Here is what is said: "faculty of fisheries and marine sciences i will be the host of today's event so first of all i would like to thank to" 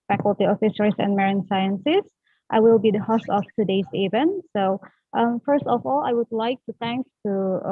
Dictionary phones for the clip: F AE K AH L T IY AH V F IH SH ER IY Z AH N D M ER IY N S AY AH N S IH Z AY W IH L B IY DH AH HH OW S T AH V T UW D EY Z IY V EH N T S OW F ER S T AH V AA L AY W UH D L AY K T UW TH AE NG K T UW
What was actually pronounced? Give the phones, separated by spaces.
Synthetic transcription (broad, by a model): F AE K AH L T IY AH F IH S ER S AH N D M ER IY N S AY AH N S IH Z AY W IH L B IY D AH HH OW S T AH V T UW D EY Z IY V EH N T S OW F ER S T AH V AA L AY W UH D L AY K T UW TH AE NG K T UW